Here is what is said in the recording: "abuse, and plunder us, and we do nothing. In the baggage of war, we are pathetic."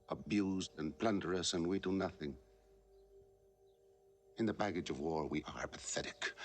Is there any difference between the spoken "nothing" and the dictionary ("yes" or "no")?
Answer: no